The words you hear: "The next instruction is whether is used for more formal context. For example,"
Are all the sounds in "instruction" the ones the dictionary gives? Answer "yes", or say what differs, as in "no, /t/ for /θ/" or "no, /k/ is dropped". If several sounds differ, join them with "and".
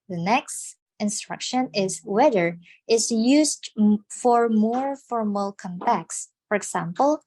yes